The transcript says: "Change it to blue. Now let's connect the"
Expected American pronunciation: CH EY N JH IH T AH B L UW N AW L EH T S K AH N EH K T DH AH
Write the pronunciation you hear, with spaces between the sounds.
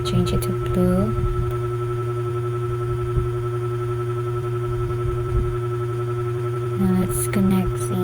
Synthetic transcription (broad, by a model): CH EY N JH IH T AH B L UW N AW N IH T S K AH N EH K T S